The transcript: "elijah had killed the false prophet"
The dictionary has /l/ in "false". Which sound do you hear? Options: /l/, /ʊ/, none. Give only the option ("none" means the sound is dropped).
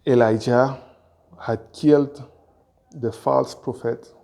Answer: /l/